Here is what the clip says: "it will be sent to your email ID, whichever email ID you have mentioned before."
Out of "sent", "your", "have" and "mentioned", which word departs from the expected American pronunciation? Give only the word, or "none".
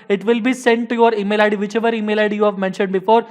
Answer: none